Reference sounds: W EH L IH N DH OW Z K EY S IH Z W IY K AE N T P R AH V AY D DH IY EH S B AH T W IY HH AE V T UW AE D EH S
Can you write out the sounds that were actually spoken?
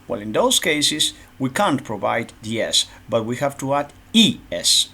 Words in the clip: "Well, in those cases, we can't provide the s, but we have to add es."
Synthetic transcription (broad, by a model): W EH L IH N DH OW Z K EY S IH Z W IY K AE N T P R AH V AY D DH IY EH S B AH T W IY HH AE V T UW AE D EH S